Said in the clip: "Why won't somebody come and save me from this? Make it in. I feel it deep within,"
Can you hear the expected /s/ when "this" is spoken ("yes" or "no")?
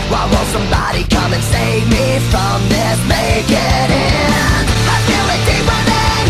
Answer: no